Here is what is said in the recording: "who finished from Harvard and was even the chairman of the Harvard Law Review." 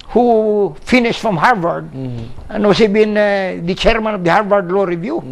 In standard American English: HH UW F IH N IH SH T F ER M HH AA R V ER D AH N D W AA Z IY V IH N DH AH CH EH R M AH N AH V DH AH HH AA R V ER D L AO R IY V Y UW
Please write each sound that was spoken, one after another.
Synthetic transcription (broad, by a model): HH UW F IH N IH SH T F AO M HH AA R V ER D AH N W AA S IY B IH N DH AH CH EH R M AH N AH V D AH HH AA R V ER D L AO R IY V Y UW